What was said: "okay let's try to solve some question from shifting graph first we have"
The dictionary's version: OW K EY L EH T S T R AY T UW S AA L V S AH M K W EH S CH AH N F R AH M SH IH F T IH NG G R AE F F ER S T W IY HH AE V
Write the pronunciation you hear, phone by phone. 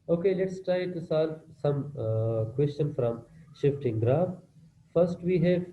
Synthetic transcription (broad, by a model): OW K EY L EH T S T R AY T UW S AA L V S AH M K W EH S CH AH N F R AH M SH IH F T IH NG G R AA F F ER S T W IY HH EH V